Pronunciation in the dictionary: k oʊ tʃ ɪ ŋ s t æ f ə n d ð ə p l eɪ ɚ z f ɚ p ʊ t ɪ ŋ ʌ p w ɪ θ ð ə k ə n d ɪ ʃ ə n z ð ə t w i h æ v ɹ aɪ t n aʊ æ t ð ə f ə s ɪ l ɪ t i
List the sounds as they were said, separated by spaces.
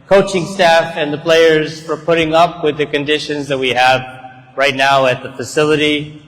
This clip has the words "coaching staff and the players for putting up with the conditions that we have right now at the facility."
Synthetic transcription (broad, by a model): k oʊ tʃ ɪ ŋ s t æ f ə n ð ə p l eɪ ɚ z f ɚ p ʊ t ɪ ŋ ʌ p w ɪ ð ə k ə n d ɪ ʃ ə n z ð ə t w i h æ v ɹ aɪ t n aʊ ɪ t ð ə f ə s ɪ l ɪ t i